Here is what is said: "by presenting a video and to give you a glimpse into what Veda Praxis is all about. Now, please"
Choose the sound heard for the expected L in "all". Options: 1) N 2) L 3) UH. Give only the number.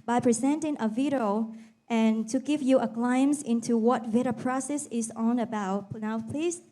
1